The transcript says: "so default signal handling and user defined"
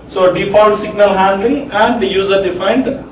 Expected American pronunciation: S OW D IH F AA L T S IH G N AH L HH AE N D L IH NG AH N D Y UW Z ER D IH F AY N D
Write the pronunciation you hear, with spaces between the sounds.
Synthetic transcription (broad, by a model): S OW D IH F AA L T S IH G N AH L HH AE N D L IH NG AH N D Y UW Z ER D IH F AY N D